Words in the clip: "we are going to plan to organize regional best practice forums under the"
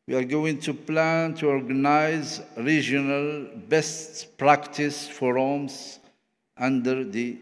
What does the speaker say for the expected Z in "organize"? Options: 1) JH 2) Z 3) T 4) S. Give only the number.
2